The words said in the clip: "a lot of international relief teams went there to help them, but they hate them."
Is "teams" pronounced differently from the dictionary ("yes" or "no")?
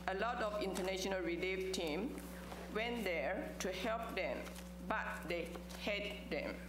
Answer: yes